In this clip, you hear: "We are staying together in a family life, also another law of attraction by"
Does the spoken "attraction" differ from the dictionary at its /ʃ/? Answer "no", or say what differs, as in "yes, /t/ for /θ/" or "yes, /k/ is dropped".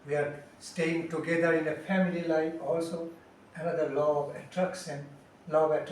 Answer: yes, /s/ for /ʃ/